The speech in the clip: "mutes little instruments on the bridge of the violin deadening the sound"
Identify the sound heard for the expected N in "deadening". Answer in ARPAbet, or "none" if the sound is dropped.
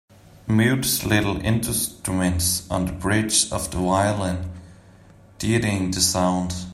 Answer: none